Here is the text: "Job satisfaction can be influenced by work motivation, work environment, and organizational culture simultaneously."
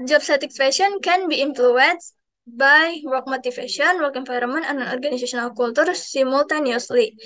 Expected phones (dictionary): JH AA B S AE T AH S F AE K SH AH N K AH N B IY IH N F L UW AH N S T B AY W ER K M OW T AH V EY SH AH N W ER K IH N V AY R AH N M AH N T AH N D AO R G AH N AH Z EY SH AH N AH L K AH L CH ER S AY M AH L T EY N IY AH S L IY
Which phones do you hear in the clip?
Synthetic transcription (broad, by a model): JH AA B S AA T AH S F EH SH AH N K AH N B IY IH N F L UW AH N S B AY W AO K M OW T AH F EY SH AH N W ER K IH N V AY R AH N M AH N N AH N AO R G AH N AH S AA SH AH N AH L K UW L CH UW S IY M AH L T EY N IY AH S L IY